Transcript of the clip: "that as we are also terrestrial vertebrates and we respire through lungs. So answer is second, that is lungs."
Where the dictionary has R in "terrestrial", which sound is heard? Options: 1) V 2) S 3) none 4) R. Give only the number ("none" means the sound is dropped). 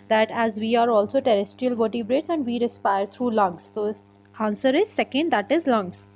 4